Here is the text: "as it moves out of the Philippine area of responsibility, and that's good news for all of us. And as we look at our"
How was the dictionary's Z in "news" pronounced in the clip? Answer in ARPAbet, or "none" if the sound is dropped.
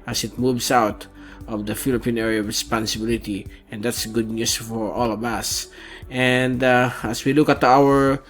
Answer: S